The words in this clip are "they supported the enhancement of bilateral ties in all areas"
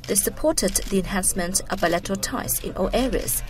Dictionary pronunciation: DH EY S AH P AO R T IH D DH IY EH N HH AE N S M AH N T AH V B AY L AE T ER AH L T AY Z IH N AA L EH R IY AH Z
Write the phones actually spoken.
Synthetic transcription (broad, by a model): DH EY S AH P AO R T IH D DH IY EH N HH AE N S M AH N T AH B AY L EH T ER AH T AY S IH N AA L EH R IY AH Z